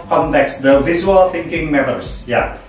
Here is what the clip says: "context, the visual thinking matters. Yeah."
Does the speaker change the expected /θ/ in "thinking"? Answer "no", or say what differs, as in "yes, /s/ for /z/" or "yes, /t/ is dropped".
no